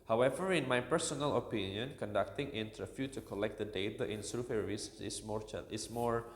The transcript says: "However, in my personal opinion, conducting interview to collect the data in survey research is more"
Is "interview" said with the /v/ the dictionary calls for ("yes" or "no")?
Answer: no